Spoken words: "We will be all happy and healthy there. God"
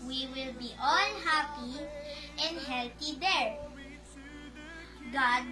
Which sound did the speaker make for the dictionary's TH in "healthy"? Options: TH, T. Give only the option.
T